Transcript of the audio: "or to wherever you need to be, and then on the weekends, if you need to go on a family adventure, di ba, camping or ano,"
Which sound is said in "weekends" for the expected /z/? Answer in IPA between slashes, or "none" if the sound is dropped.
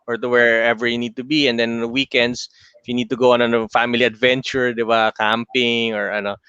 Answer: /s/